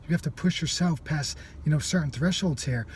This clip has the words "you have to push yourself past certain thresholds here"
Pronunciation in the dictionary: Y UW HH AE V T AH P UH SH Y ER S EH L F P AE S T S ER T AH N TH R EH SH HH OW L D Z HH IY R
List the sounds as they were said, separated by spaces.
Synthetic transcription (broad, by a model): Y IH HH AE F T AH P UH SH Y ER S EH L F P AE S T S ER T N TH R EH SH HH OW L D Z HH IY R